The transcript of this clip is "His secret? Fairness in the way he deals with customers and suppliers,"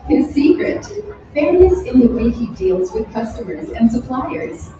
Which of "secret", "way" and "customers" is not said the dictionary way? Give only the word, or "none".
none